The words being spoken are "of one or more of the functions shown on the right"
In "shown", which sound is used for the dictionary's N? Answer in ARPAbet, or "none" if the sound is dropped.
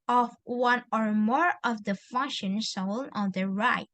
L